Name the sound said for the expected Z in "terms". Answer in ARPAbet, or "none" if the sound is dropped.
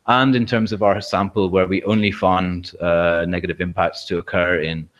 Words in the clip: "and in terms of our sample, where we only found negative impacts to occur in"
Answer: Z